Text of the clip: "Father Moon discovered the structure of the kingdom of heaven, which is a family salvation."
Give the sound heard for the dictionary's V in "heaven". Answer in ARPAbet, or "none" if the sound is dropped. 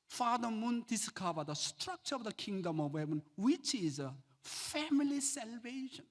B